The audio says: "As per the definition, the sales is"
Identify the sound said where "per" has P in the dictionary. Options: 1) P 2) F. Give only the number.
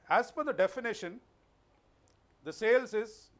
2